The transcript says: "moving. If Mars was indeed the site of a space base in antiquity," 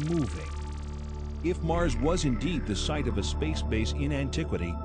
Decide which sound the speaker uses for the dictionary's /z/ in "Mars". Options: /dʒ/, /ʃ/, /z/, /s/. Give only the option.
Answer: /z/